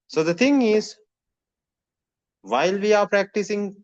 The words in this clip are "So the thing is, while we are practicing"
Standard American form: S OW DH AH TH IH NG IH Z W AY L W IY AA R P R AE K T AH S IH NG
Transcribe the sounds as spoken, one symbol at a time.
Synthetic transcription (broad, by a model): S OW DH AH T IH NG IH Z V AY L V IY AA R P R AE K T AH S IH NG